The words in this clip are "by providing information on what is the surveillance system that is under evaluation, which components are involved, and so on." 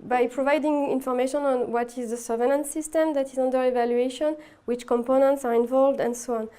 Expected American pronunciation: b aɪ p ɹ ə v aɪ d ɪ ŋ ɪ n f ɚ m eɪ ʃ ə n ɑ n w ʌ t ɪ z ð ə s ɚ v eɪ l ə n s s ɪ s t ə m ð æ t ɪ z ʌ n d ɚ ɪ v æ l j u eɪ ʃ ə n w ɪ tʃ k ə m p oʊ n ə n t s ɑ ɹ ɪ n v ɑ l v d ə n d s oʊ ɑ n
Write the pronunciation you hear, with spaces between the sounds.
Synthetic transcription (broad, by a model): b aɪ p ɹ ə v aɪ d ɪ ŋ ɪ n f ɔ m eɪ ʃ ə n ɑ n w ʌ t ɪ z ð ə s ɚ v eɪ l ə n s s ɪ s t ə m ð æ t ɪ z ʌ n d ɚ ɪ v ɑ l j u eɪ ʃ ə n w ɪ tʃ k ə m p oʊ n ə n t s ɑ ɹ ɪ n v ɑ l v d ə n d s oʊ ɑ n